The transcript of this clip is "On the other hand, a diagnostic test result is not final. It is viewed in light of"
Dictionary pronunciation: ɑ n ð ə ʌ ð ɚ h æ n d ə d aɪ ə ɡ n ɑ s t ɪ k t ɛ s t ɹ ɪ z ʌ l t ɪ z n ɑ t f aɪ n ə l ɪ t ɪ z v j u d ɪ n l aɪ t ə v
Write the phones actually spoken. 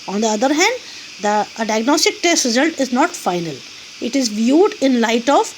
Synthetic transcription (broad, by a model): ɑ n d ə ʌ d ɚ h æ n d ə d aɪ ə ɡ n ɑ s t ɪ k t ɛ s t ɹ ɪ z ʌ l t ɪ z n ɑ t f aɪ n ə l ɪ t ɪ z v j u d ɪ n l aɪ t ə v